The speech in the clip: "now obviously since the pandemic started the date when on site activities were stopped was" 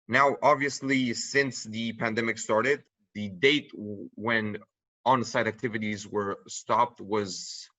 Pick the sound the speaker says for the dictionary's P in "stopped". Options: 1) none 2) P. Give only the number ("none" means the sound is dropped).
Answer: 2